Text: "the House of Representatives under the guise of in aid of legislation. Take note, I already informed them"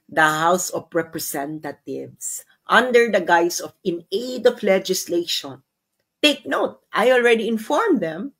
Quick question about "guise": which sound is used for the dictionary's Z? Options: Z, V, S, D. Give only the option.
S